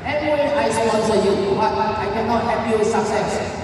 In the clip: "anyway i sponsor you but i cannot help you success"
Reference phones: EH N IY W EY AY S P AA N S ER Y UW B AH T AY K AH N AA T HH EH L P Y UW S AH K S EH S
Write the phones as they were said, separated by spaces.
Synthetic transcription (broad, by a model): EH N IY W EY AY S AA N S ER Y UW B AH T AY K AH N AA T HH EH P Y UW S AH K S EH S